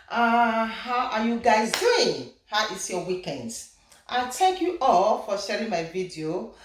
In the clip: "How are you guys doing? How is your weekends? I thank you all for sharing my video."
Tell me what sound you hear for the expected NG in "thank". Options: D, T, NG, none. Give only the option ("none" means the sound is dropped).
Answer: none